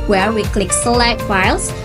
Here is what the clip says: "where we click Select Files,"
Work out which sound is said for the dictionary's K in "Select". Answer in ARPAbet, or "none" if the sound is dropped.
none